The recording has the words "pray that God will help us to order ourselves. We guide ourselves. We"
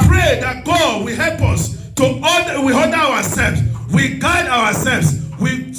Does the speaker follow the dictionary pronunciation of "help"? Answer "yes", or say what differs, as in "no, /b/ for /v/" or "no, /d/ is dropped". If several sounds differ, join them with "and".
yes